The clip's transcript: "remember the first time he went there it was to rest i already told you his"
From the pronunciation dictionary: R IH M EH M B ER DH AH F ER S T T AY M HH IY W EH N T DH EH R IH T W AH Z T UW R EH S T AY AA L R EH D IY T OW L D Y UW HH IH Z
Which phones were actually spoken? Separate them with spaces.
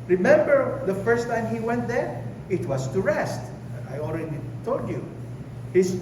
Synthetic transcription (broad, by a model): R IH M EH M B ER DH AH F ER S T T AY M HH IY W EH N T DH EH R IH T W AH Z T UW R EH S T AY AA L R EH D IY T OW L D Y UW HH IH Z